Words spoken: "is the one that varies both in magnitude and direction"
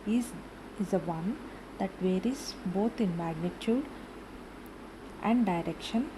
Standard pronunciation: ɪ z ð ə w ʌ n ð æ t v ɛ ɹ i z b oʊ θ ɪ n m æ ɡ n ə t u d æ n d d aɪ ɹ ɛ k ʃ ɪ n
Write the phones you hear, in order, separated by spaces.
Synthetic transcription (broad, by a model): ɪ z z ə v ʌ n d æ t v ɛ ɹ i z b oʊ t ɪ n m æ ɡ n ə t u d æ n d d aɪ ɹ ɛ k ʃ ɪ n